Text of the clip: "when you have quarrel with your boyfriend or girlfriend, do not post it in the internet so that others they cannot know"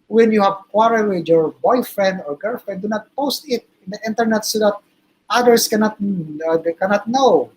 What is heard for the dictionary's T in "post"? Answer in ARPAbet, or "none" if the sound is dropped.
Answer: T